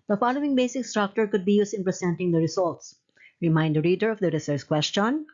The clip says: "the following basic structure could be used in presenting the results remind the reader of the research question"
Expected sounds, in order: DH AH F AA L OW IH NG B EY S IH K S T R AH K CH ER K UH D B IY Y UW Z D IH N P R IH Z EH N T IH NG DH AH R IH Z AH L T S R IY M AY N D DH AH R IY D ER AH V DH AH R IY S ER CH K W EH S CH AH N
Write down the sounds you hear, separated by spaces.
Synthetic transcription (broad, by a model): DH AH F AA L OW IH NG B EY S IH K S T R AH K CH ER K UH D B IY Y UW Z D IH N P R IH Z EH N T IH NG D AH R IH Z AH L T S R IY M AY N D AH R IY D ER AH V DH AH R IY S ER S K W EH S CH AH N